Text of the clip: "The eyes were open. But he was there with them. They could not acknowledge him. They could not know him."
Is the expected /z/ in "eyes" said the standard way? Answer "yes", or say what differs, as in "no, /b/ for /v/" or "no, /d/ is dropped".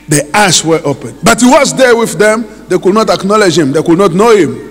no, /s/ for /z/